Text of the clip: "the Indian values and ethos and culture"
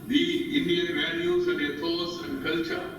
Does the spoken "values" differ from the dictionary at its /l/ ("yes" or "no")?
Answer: yes